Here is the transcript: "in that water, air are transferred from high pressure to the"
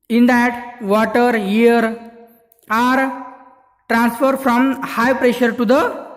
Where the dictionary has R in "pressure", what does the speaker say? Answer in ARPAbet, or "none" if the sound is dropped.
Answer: R